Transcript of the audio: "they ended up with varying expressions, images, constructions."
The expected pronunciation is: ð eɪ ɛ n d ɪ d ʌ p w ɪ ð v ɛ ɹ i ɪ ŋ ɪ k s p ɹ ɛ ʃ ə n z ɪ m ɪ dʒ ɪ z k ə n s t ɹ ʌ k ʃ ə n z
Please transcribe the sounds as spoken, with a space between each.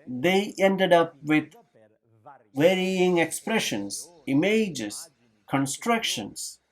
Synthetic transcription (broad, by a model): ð eɪ ɛ n d ɪ d ʌ p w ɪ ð w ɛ ɹ i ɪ ŋ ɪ k s p ɹ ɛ ʃ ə n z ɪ m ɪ dʒ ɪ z k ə n s t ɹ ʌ k ʃ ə n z